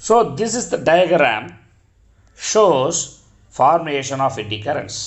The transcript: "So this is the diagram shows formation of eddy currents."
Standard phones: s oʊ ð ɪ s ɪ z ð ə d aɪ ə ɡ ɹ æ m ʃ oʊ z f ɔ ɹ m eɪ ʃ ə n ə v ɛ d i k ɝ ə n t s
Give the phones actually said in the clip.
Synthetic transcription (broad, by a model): s oʊ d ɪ s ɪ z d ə d aɪ ə ɡ ɹ æ m ʃ oʊ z f ɔ ɹ m eɪ ʃ ə n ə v ɛ d i k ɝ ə n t s